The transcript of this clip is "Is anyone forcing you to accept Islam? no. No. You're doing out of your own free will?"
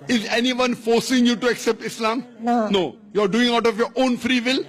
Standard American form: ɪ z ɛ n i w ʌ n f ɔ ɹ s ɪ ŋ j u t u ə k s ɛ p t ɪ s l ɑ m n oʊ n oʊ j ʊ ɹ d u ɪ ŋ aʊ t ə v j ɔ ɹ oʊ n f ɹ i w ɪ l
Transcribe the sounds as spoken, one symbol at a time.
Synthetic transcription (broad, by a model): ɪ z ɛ n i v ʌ n f ɔ ɹ s ɪ ŋ j u t u ə k s ɛ p t ɪ s l ɑ m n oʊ n oʊ j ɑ ɹ d u ɪ ŋ aʊ t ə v j ɔ ɹ oʊ n f ɹ i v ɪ l